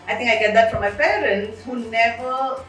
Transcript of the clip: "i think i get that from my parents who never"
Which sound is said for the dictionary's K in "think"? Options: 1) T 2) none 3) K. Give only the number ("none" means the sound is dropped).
2